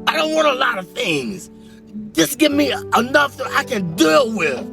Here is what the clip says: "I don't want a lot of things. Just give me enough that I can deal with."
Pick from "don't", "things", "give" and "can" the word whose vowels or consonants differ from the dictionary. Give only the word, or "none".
none